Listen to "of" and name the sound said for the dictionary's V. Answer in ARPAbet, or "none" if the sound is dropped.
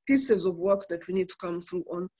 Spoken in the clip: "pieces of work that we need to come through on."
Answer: V